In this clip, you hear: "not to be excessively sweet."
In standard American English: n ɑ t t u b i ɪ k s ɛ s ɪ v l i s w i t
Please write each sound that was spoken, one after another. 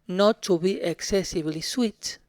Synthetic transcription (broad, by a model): n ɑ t t u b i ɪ k s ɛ s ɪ b l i s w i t